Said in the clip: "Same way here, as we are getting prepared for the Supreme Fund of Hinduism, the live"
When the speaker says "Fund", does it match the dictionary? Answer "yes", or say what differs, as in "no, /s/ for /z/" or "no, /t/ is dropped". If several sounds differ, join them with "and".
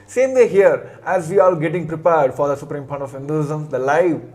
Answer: no, /p/ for /f/